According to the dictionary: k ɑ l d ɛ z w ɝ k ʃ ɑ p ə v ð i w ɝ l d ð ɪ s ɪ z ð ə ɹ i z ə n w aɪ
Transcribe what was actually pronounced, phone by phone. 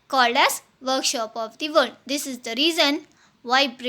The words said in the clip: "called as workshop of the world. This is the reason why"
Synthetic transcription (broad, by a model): k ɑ l d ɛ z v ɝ k ʃ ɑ p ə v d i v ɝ n d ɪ s ɪ z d ə ɹ i z ə n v aɪ